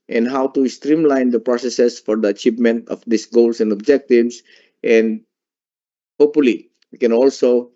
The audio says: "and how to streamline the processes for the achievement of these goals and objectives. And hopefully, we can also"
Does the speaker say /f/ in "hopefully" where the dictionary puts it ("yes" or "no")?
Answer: no